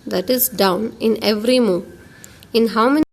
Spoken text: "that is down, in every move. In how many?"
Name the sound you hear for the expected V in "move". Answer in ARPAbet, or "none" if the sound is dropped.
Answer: none